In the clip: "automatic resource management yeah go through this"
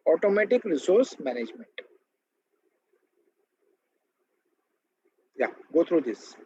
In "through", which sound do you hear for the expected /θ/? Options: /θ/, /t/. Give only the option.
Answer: /t/